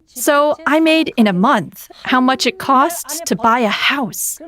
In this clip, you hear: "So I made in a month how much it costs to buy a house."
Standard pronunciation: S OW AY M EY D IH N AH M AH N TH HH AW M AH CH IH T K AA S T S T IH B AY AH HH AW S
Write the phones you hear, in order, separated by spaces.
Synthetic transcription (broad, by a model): S OW AY M EY D IH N AH M AH N TH HH AW M AH CH IH T K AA S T T IH B AY AH HH AW S